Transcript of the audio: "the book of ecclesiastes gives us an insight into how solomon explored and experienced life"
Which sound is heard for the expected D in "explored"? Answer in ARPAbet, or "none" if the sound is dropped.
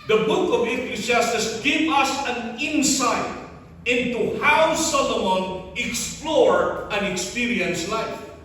none